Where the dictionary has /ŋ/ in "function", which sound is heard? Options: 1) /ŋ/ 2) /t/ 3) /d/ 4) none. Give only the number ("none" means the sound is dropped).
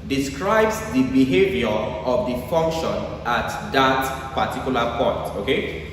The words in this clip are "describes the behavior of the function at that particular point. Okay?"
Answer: 1